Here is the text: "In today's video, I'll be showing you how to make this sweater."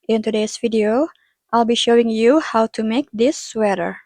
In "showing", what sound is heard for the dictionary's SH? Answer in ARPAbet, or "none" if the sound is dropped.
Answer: SH